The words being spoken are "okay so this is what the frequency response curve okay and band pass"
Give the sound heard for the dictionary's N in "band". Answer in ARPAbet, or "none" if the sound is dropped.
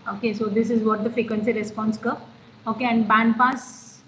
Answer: N